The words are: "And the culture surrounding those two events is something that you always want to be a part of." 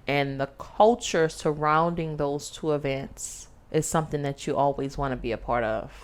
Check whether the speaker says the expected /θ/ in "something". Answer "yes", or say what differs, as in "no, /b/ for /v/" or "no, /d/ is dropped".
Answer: yes